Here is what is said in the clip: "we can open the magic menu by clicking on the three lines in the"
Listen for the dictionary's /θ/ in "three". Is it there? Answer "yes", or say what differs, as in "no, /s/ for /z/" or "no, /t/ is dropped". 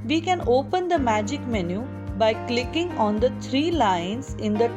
no, /t/ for /θ/